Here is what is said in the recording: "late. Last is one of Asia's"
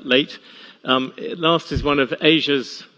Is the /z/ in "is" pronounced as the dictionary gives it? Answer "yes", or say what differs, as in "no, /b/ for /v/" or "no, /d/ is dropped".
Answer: yes